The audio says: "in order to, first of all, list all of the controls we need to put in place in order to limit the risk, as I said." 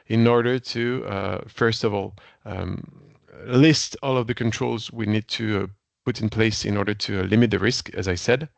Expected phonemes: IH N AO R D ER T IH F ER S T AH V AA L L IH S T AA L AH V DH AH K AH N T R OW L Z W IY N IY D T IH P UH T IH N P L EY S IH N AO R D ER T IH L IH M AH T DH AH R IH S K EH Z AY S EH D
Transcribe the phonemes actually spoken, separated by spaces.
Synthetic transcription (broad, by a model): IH N AO R D ER T IH F ER S T AH V AA L L IH S T AA L AH V DH AH K AH N T R OW L Z W IY N IY D T IH P UH T IH N P L EY S IH N AO R D ER T IH L IH M AH T DH AH R IH S K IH Z AY S EH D